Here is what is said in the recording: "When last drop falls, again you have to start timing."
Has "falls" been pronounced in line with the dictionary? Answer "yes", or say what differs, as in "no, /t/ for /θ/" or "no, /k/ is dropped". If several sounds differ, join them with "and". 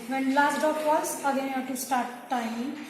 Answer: no, /l/ is dropped